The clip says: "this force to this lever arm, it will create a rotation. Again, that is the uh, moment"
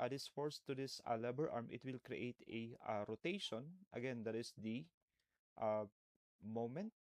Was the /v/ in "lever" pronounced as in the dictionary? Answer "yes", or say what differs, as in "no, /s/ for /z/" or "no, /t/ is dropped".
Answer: no, /b/ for /v/